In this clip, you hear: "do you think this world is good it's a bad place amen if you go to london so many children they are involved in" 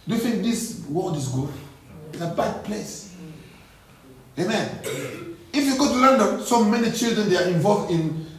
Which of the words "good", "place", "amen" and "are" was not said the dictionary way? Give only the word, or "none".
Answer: good